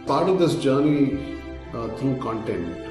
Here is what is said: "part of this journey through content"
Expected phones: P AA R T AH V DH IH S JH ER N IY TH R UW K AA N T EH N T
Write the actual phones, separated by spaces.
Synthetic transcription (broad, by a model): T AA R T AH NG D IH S JH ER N IY T R UW K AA N T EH N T